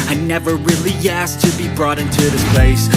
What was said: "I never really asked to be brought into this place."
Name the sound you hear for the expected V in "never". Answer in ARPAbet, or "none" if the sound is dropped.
V